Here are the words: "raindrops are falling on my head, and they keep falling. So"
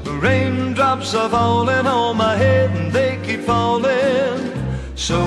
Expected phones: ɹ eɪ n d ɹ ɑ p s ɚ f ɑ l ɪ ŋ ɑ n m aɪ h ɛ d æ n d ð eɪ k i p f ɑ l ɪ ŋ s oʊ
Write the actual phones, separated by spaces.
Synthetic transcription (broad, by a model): ɹ eɪ n d ɹ ɑ p s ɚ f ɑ l ɪ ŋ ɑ l m aɪ h ɛ d n ð eɪ k i p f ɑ l ɪ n s oʊ